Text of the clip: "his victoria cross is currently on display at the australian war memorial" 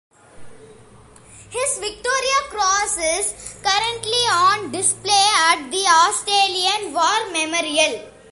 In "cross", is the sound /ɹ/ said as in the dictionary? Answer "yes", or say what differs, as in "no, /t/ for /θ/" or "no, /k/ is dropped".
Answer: yes